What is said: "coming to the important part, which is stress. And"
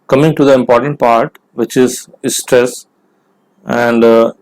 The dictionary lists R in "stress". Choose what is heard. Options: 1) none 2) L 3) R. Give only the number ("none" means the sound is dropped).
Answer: 3